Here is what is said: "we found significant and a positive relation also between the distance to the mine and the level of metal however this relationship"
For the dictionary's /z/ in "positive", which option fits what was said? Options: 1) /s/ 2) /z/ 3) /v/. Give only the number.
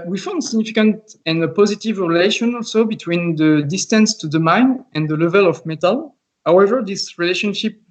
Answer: 2